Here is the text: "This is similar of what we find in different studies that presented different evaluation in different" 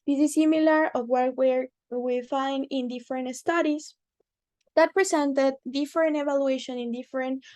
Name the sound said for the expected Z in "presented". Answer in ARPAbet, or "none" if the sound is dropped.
S